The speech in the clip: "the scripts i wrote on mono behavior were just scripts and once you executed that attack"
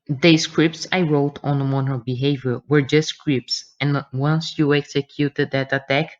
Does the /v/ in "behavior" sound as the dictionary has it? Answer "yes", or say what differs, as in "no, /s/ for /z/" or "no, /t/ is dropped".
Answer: yes